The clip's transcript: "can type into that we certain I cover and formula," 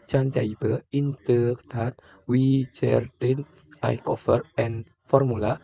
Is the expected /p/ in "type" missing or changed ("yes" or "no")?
yes